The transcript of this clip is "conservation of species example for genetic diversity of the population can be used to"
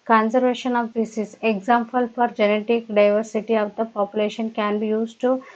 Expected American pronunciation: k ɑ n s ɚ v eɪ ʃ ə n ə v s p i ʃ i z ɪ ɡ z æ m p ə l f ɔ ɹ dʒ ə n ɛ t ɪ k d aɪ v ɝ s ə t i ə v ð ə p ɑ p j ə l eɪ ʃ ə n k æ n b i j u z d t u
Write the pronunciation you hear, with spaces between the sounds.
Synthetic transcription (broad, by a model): k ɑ n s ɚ v eɪ ʃ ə n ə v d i s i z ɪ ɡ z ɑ m p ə l f ɔ ɹ dʒ ə n ɛ t ɪ k d aɪ v ɝ s ə t i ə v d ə p ɑ p j ə l eɪ ʃ ə n k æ n b i j u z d t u